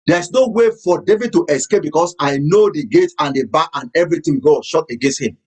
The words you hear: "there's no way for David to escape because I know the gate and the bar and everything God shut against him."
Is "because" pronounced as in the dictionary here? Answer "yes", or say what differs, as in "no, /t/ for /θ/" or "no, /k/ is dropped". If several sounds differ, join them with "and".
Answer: no, /s/ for /z/